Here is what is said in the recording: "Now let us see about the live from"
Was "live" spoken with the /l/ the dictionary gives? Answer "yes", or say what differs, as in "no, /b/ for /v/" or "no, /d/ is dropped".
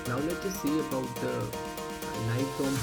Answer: no, /n/ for /l/